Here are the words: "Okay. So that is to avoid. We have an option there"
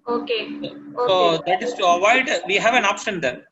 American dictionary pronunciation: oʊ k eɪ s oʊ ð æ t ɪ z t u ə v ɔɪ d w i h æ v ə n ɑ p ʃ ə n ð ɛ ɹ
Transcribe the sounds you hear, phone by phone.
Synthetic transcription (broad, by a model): oʊ k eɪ s oʊ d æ t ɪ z t u ə v ɔɪ d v i h æ v ə n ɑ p s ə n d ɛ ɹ